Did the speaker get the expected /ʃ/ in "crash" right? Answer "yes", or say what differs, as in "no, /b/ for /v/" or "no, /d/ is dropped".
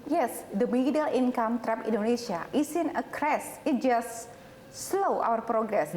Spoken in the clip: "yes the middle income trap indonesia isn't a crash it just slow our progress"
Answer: no, /s/ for /ʃ/